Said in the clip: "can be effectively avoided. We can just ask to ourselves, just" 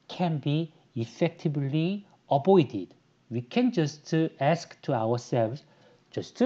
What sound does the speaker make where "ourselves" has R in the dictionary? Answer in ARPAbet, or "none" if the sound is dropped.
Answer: W